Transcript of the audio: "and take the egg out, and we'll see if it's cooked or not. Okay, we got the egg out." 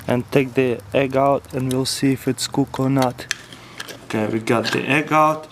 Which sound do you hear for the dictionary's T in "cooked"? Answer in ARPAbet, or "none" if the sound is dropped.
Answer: none